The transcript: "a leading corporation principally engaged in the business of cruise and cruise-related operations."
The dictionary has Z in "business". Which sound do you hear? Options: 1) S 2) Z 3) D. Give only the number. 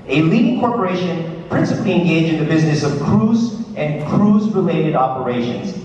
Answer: 2